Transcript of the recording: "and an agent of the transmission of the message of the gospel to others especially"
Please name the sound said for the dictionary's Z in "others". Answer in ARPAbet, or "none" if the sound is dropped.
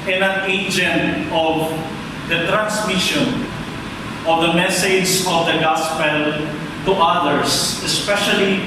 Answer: S